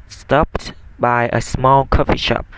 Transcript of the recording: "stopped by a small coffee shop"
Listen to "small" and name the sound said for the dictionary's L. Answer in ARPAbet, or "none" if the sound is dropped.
L